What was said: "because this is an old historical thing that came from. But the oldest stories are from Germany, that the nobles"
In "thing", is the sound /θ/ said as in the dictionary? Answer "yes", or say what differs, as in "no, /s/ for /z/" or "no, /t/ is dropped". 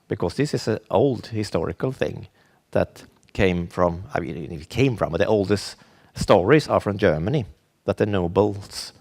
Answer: yes